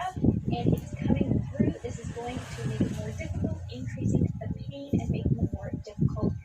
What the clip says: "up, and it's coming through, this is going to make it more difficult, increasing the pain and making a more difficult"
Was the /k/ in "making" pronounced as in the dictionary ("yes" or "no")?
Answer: no